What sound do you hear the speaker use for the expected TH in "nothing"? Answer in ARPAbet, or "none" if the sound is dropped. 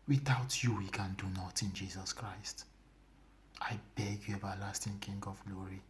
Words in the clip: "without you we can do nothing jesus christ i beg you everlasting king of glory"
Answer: T